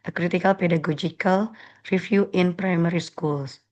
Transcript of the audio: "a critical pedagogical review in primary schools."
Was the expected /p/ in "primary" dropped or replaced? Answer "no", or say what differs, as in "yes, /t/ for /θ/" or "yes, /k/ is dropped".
no